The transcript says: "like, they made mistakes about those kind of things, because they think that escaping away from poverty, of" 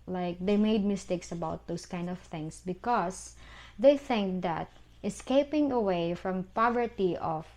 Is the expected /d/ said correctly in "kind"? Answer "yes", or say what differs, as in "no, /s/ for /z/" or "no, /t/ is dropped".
yes